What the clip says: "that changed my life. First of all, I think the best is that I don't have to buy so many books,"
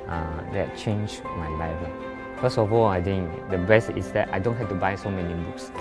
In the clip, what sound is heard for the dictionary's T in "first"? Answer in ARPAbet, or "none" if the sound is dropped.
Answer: none